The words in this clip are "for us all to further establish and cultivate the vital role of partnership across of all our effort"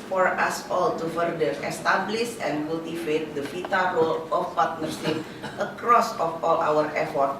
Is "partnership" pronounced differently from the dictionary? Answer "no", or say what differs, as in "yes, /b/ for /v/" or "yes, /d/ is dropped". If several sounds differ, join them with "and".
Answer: yes, /s/ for /ʃ/